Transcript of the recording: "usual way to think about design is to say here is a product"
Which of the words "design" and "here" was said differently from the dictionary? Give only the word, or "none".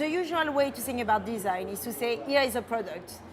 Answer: none